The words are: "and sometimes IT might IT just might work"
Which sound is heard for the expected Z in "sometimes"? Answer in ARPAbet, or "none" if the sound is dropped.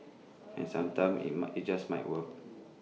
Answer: none